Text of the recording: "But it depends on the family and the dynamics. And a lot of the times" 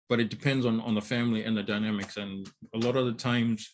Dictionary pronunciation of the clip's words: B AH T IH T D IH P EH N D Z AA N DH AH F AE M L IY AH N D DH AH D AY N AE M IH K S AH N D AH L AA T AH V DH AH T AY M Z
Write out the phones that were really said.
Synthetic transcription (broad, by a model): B AH T IH T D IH P EH N D Z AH N DH AH F AE M L IY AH N DH AH D AY N AE M IH K S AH N AH L AA T AH V DH AH T AY M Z